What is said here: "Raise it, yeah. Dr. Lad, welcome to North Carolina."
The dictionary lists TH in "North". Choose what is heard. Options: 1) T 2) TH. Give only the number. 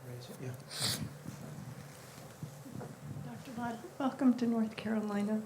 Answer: 2